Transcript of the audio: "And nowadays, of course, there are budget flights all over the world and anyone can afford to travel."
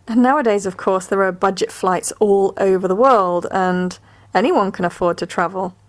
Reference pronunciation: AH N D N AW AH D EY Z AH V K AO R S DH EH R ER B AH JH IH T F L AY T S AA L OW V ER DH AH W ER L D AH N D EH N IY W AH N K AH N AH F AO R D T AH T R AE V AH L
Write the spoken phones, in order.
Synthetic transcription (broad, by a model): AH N N AW AH D EY Z AH V K AO R S DH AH R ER B AH JH IH T F L AY T S AA L OW V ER DH AH W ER L D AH N EH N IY W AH N K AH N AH F AO D T AH T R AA V AH L